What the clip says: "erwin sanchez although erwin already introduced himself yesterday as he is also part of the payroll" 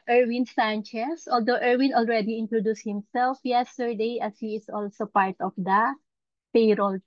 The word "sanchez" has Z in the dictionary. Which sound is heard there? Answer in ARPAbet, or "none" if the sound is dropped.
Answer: S